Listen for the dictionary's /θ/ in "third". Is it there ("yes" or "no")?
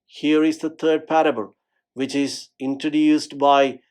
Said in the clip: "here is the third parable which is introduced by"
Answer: no